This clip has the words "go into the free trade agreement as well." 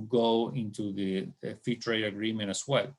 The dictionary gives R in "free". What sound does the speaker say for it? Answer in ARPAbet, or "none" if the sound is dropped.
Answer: none